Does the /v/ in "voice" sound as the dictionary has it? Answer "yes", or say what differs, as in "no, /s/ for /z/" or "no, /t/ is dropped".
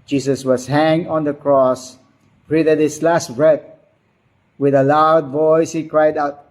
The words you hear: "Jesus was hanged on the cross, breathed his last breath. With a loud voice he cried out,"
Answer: yes